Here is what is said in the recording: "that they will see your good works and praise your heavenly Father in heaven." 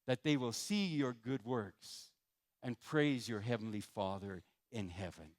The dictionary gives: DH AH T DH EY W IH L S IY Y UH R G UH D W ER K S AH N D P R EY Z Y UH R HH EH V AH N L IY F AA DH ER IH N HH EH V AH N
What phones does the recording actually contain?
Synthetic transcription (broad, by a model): DH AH T DH EY W IH L S IY Y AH R G UH D W ER K S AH N P R EY Z Y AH R HH EH V N L IY F AA DH ER IH N HH EH V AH N